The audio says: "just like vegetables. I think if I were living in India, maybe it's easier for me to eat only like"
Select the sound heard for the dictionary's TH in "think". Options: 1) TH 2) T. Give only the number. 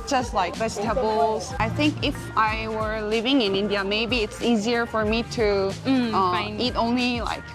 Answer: 1